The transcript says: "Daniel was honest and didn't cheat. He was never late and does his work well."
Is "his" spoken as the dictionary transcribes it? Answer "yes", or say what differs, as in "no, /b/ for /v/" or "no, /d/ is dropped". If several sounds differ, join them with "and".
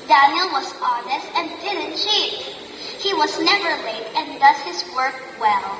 yes